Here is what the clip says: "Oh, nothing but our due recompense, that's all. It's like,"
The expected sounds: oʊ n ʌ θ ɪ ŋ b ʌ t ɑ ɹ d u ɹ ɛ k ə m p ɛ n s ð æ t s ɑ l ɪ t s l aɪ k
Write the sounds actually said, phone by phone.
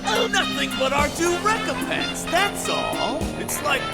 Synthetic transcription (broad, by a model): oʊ n ʌ θ ɪ ŋ b ʌ t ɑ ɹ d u ɹ ɛ k ə m p ɛ n s ð æ t s ɑ l ɪ t s l aɪ k